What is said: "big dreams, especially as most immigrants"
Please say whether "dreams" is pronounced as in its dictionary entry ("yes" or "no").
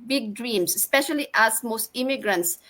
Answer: no